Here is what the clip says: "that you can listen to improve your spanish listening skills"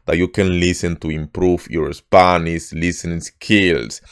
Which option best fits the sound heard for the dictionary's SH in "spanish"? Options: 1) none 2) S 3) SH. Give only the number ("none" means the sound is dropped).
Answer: 2